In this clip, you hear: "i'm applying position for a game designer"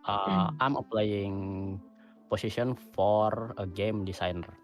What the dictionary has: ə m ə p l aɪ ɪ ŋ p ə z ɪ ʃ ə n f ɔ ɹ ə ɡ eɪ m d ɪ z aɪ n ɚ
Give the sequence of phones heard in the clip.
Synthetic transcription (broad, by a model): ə m ə p l aɪ ɪ ŋ p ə s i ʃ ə n f ɔ ɹ ə ɡ eɪ m d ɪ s aɪ n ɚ